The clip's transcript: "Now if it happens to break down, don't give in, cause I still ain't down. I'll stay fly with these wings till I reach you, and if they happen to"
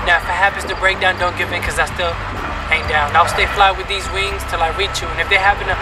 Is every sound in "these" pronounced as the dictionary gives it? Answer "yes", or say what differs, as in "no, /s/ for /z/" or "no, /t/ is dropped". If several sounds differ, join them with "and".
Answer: yes